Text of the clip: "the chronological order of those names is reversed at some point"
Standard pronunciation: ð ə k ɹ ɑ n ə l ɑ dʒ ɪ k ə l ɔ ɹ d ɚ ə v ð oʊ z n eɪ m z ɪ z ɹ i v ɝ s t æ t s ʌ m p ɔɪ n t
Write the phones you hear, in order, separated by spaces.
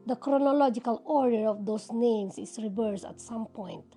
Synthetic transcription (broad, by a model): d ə k ɹ ɑ n ə l ɑ dʒ ɪ k ə l ɔ ɹ d ɚ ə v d oʊ s n eɪ m s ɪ s ɹ i v ɝ s t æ t s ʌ m p ɔɪ n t